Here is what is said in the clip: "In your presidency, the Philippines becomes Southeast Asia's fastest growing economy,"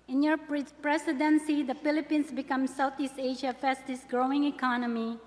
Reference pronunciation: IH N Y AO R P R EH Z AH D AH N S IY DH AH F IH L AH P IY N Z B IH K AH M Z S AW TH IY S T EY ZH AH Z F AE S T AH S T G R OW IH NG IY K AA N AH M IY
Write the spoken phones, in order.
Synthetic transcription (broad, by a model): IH N Y AO R P R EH S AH D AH N S IY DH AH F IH L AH P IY N S B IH K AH M S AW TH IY S T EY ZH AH F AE S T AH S G R OW IH NG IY K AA N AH M IY